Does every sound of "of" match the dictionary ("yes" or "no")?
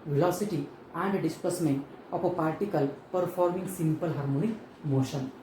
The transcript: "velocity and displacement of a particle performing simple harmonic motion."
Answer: no